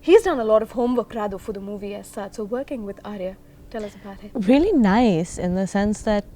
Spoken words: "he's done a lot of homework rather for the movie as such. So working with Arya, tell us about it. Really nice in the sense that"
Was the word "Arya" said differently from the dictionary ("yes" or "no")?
no